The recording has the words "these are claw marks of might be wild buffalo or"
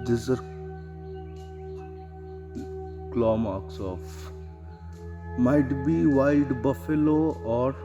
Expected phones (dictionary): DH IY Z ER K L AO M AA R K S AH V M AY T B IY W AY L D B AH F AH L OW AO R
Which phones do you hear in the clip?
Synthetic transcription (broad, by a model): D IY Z ER K L AO M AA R K S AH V M AY T B IY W AY D B AH F AH L OW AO R